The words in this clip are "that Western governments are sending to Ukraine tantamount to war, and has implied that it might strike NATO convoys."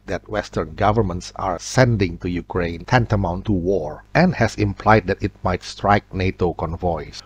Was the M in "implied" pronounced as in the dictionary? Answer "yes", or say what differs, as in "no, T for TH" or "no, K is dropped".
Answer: yes